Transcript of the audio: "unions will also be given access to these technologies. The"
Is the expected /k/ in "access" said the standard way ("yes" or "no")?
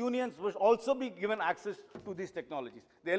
yes